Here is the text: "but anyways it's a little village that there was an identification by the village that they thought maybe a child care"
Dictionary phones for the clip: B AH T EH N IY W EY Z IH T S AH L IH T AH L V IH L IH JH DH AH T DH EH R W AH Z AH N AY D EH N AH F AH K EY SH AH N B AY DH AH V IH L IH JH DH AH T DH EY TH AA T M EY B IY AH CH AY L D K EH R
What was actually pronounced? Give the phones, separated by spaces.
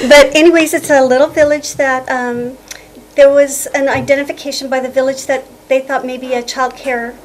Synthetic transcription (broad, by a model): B AH T EH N IY W EY Z IH T S AH L IH T L V IH L IH JH DH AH T DH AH R W AH Z AH N AY D EH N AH F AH K EY SH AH N B AY DH AH V IH L IH JH DH AH T DH EY TH AA T M EY B IY AH CH AY L D K EH R